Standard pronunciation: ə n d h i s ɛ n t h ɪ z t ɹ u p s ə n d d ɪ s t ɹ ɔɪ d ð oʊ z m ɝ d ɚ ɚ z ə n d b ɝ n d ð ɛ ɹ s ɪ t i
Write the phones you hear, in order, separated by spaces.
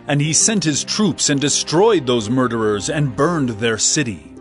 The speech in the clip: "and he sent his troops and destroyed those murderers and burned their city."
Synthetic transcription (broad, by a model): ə n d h i s ɛ n t h ɪ z t ɹ u p s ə n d d ɪ s t ɹ ɔɪ d ð oʊ z m ɝ d ɚ ɚ z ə n b ɝ n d ð ɛ ɹ s ɪ t i